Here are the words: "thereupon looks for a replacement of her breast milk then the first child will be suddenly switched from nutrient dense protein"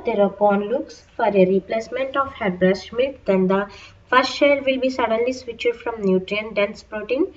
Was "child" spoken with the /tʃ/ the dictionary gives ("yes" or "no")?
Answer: no